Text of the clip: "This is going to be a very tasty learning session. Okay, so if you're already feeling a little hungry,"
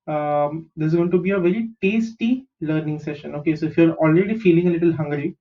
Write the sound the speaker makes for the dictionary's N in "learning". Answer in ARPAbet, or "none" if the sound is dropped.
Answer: N